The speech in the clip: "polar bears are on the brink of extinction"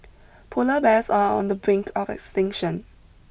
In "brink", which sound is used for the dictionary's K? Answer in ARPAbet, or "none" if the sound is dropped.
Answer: K